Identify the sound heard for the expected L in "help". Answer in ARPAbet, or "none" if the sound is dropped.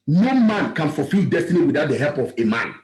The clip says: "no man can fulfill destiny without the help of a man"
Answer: L